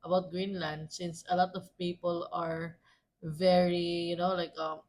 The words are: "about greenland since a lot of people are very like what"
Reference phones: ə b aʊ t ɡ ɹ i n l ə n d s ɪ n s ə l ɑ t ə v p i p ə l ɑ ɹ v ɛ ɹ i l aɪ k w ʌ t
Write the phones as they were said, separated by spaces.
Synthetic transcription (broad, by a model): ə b aʊ t ɡ ɹ i n l ə n d s ɪ n s ə l ɑ t ə v p i p ə l ɑ ɹ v ɛ ɹ i l aɪ k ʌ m